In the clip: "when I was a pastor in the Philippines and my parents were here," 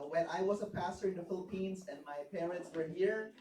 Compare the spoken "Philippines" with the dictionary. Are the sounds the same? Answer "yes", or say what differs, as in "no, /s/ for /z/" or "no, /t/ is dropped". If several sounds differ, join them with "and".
yes